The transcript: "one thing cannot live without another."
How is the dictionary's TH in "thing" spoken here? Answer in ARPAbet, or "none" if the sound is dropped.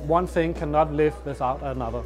TH